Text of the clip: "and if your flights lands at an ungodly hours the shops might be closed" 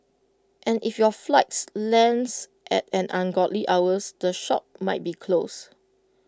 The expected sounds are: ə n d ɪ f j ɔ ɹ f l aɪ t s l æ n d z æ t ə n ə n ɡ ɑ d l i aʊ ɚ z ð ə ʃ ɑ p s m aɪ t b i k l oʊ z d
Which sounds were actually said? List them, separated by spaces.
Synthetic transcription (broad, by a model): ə n ɪ f j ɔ f l aɪ t s l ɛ n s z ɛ t ə n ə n ɡ ɑ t l i aʊ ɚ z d ə ʃ ɑ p m aɪ t b i k l oʊ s